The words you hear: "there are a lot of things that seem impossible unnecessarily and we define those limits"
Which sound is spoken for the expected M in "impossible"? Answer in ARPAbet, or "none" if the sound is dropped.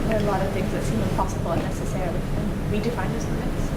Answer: none